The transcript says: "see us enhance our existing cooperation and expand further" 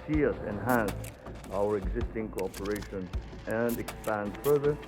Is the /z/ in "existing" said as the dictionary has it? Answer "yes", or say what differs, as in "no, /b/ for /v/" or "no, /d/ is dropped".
yes